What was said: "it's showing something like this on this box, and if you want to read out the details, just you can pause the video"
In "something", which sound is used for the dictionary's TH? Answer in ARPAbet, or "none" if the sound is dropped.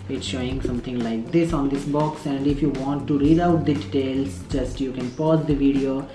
T